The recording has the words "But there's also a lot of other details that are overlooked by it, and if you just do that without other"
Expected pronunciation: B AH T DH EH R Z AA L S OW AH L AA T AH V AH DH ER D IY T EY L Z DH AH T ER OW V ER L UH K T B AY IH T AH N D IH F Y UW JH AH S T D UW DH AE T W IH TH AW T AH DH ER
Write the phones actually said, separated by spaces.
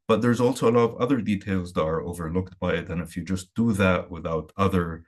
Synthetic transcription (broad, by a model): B AH T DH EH R Z AA L S OW AH L AA T AH V AH DH ER D IY T EY L Z DH AH T ER OW V ER L UH K T B AY IH T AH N IH F Y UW JH AH S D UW DH AE T W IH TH AW T AH DH ER